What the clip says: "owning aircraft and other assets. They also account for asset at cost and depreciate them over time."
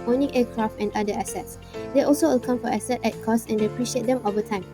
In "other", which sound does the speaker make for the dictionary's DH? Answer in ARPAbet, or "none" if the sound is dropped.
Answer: none